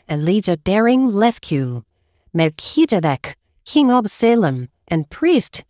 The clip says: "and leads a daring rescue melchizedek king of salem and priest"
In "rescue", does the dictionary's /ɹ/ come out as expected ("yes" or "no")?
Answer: no